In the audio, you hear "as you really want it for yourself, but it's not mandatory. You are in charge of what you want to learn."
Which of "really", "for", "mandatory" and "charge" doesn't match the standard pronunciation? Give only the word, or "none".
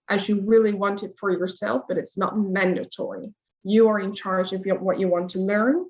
none